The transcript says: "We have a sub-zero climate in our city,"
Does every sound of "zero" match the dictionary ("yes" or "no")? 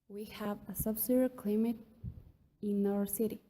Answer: no